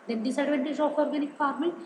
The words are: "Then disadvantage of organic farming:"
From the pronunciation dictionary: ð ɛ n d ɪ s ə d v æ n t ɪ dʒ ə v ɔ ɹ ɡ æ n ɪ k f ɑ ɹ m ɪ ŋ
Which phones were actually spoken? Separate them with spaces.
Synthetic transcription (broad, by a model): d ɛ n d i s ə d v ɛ n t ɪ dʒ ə p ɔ ɹ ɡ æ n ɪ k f ɑ ɹ m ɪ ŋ